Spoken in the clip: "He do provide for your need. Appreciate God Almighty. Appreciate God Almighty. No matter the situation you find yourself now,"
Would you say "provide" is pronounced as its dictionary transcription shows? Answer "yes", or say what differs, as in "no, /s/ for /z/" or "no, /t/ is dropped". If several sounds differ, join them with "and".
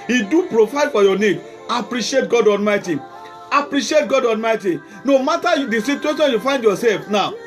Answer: no, /f/ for /v/